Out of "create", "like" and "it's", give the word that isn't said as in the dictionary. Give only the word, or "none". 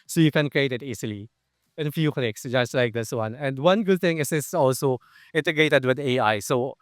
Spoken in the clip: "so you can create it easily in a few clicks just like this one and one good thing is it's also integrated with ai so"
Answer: it's